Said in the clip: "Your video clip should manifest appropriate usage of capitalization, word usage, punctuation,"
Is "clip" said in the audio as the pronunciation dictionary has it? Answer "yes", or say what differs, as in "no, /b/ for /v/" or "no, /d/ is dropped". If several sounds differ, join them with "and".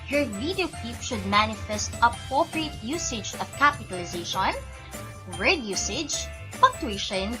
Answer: no, /l/ is dropped